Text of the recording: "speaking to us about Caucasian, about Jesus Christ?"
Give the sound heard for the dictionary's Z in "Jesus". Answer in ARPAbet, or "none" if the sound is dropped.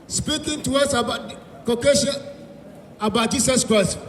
S